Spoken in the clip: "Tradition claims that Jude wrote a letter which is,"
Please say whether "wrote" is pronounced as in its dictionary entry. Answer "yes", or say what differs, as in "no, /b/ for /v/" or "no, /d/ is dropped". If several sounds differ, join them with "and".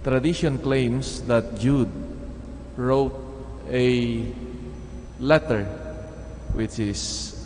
yes